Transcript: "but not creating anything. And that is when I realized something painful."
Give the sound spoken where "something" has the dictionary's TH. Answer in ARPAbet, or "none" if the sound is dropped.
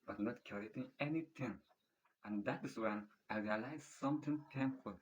T